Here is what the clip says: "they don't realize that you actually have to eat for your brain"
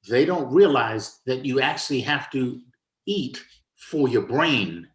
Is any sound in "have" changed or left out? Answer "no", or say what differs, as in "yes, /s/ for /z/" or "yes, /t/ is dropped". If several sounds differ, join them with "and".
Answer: yes, /f/ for /v/